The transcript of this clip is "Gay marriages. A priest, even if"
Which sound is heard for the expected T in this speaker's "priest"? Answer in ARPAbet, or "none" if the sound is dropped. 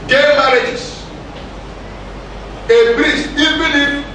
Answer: none